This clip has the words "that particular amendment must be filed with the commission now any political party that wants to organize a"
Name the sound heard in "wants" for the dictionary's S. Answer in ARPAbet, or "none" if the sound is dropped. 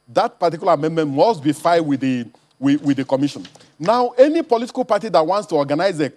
S